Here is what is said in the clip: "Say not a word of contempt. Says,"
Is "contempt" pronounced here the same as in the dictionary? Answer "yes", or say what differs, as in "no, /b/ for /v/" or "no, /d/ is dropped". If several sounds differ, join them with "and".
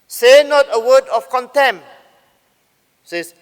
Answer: no, /p/ is dropped